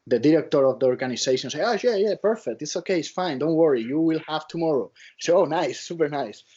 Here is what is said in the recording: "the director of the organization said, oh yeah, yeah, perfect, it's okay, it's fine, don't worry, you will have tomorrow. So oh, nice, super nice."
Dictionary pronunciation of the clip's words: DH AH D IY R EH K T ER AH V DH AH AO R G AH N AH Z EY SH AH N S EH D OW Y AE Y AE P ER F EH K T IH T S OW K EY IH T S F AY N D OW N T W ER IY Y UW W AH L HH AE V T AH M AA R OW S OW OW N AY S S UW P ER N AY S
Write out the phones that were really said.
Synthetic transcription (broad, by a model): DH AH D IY R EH K T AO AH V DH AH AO R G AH N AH S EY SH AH N S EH OW Y AE Y AE P ER F EH K T IH T S OW K EY IH T S F AY N D OW N T W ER IY Y UW W AH L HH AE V T AH M AA R OW S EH OW N AY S S UW P ER N AY S